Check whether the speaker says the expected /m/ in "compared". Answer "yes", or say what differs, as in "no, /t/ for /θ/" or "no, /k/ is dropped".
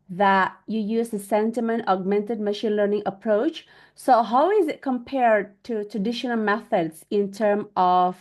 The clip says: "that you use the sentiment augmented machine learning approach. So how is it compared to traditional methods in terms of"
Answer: yes